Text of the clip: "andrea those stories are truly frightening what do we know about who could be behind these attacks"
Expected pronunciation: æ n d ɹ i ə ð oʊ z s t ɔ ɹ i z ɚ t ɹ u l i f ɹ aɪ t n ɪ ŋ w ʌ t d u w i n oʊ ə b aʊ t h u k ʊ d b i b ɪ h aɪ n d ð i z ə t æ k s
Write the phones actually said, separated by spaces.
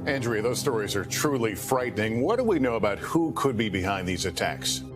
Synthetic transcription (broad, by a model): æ n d ɹ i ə ð oʊ z s t ɔ ɹ i z ɚ t ɹ u l i f ɹ aɪ t n ɪ ŋ w ʌ t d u w i n oʊ ə b aʊ t h u k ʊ d b i b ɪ h aɪ n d ð i z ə t æ k s